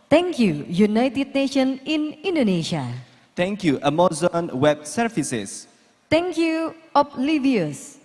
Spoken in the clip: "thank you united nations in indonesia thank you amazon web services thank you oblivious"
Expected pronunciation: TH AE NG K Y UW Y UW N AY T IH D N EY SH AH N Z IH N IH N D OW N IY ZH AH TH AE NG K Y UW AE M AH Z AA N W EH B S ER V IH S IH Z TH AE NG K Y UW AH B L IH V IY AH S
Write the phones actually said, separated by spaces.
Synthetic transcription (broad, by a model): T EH NG K Y UW Y UW N AY T IH D N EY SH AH N IH N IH N D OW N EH SH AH T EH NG K Y UW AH M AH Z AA N W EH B S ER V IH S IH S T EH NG K Y UW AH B L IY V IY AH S